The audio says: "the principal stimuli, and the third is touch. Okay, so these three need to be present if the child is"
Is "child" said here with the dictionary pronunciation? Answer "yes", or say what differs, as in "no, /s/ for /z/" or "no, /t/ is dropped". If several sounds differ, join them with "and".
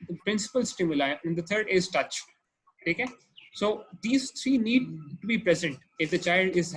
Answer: yes